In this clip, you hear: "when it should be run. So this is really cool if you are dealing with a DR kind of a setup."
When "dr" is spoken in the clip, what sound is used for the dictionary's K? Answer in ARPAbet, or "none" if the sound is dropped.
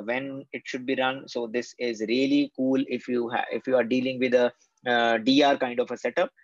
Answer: none